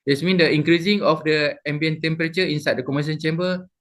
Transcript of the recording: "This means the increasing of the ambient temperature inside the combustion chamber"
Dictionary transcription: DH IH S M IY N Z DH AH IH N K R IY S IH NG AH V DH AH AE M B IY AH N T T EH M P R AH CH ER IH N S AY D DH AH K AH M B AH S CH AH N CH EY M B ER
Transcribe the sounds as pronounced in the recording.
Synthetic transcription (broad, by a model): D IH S M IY N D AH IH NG K R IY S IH NG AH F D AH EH M B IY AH N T T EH M P R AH CH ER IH N S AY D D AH K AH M AH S AH N CH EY M B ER